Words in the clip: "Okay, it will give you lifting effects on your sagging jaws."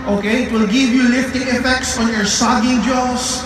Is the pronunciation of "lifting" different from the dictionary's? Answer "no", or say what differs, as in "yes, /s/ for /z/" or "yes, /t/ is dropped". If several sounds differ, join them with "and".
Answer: no